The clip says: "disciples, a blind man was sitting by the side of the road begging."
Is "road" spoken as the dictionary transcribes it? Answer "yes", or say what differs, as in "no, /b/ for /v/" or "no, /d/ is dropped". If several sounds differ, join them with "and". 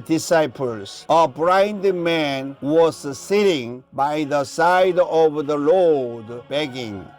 no, /l/ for /ɹ/